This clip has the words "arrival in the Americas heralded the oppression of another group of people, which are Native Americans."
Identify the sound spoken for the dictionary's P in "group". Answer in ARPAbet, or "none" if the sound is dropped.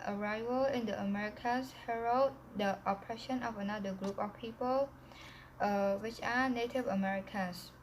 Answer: P